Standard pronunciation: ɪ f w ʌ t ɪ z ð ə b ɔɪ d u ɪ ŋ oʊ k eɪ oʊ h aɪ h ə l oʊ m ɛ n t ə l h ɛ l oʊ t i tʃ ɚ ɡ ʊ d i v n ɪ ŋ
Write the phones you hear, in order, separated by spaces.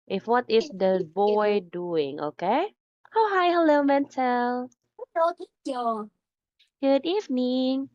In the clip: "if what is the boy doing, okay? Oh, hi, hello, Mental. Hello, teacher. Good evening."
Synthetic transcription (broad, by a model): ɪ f w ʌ t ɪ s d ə b ɔɪ d u ɪ ŋ oʊ k eɪ oʊ h aɪ h ə l oʊ m ɛ n t ə l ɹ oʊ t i ɔ ɡ ʊ d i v n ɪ ŋ